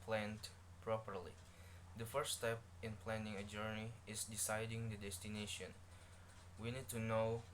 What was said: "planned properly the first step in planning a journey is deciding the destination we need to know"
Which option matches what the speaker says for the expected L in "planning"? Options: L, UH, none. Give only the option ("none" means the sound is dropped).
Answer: L